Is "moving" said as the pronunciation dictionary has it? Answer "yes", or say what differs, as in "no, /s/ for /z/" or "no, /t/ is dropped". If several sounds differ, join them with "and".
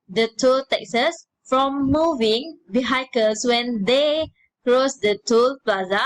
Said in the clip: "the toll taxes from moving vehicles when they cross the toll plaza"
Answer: yes